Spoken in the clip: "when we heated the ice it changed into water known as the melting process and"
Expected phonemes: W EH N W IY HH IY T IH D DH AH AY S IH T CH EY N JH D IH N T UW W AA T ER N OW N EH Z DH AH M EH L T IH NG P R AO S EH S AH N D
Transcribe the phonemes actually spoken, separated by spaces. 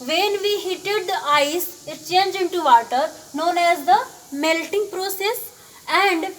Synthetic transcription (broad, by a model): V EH N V IY HH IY T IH D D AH AY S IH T CH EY N JH IH N T UW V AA T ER N OW N EH Z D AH M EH L T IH NG P R AO S EH S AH N D